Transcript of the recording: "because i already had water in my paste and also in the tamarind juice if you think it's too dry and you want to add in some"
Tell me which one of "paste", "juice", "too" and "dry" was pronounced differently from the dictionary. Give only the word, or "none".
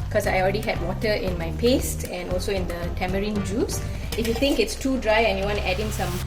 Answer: none